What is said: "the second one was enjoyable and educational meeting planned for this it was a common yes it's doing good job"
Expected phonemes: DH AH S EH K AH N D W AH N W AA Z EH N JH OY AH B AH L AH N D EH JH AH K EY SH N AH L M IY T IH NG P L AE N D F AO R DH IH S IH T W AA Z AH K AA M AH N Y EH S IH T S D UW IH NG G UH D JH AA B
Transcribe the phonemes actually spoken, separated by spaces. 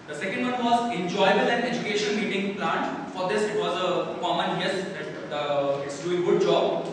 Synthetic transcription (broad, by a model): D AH S EH K AH N D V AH N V AA Z EH N JH OY AH B AH L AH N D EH JH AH K EY SH AH N M IY T IH NG P L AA N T F AO R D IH S IH T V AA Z AH K AA M AH N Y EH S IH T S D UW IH G UH D JH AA B